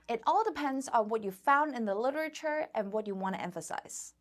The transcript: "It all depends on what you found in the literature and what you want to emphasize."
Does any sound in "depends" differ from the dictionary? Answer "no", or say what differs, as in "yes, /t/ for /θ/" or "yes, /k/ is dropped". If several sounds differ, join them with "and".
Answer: no